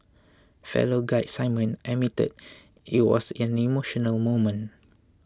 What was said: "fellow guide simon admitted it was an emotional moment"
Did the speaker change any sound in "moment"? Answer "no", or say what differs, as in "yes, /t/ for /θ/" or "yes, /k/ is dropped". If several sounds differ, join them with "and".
yes, /t/ is dropped